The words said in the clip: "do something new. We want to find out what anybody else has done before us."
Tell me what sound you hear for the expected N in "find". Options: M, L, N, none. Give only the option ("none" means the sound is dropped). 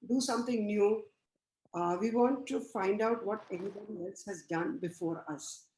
N